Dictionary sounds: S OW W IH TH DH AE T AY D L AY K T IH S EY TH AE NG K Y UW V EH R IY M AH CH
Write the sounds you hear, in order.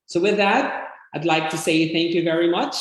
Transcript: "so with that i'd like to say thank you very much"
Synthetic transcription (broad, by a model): S OW W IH DH AE T AY D L AY K T IH S EY TH AE NG K Y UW V EH R IY M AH CH